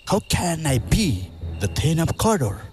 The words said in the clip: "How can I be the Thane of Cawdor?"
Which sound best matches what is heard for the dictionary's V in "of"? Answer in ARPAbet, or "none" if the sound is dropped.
P